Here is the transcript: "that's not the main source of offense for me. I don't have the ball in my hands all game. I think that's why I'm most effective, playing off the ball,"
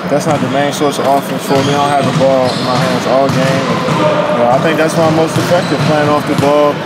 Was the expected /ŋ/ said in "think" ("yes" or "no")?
yes